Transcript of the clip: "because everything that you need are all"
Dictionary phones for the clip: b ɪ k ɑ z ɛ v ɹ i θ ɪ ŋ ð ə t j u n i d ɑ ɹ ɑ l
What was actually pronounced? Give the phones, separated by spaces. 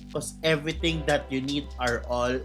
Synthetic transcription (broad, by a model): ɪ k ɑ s ɛ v ɹ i t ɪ ŋ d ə t j u n i d ɑ ɹ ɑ l